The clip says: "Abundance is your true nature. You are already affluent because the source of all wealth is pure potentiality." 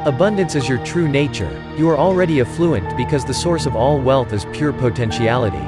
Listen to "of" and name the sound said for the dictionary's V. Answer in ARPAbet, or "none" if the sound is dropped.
V